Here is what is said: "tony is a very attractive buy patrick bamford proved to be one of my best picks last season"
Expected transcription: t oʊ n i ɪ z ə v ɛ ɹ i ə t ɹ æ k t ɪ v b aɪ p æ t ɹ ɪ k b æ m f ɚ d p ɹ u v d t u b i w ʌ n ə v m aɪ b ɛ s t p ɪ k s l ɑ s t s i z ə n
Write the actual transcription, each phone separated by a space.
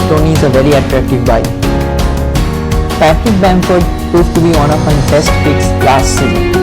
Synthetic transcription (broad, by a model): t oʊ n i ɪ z ə v ɛ ɹ i ə t ɹ æ k t ɪ v b aɪ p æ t ɪ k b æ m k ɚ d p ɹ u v t u b i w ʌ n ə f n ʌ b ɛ s t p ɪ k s l ɑ s t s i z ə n